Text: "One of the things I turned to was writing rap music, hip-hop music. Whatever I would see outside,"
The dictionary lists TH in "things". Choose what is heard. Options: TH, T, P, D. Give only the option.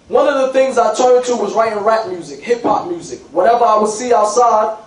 TH